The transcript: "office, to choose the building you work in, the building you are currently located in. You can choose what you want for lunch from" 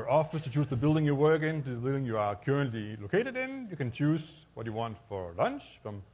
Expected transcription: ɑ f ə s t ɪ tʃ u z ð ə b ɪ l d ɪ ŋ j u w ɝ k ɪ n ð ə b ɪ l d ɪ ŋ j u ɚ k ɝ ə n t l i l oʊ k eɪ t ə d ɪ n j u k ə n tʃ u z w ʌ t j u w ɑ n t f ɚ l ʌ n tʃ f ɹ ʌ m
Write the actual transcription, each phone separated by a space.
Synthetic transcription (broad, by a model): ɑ f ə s t ɪ tʃ u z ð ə b ɪ l d ɪ ŋ j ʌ w ɝ k ɪ n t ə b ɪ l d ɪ ŋ j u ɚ k ɝ ə n t l i l oʊ k eɪ t ə d ɪ n j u k ə n tʃ u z w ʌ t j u w ɑ n t f ɚ l ʌ n tʃ f ɹ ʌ m